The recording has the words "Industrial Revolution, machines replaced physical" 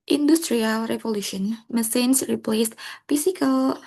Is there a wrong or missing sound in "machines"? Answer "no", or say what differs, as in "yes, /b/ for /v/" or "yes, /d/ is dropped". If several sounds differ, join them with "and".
yes, /s/ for /ʃ/ and /s/ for /z/